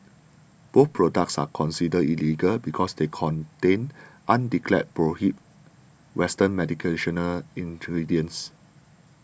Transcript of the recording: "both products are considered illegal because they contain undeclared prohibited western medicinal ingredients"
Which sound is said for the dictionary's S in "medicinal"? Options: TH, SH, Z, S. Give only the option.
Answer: SH